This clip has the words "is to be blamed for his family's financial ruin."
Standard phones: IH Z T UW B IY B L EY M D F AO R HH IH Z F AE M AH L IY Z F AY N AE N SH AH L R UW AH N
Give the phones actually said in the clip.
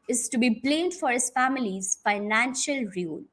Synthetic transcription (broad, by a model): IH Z T UW B IY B L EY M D F AO R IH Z F AE M AH L IY Z F AY N AE N SH AH L R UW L